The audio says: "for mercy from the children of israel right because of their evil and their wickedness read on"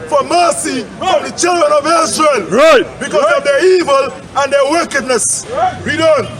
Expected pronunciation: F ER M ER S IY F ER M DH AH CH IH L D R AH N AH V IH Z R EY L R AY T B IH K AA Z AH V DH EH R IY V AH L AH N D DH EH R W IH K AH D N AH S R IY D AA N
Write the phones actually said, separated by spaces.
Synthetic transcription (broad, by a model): F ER M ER S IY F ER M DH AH CH IH L D R AH N AH V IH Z R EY L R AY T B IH K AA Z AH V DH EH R IY V AH L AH N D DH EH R W IH K AH D N AH S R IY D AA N